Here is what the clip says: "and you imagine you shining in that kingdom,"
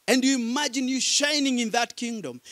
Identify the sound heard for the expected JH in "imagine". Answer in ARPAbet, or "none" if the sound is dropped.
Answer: JH